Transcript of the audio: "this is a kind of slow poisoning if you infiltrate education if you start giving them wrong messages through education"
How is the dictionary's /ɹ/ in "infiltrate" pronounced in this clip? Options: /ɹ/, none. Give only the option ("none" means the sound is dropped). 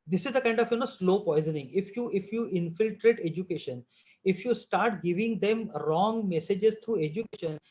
/ɹ/